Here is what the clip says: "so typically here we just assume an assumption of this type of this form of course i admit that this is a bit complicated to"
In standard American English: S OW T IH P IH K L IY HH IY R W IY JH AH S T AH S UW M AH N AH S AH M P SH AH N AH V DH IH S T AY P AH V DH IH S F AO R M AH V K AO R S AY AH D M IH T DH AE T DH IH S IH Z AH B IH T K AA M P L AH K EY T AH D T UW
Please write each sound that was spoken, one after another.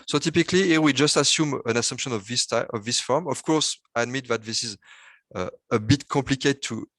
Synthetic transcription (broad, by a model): S OW T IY P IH K L IY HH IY W IY JH AH S T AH S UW M AH N AH S AH M P SH AH N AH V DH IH S T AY AH V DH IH S F AO R M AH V K AO R S AY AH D M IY T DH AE T DH IH S IH Z AH B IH T K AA P L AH K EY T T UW